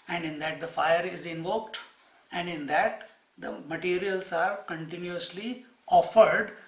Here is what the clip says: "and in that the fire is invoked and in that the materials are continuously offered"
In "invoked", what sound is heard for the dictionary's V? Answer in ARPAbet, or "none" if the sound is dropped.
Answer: V